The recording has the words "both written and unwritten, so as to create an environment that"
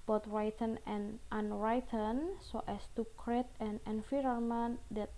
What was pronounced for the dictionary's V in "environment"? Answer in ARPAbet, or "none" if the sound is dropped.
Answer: F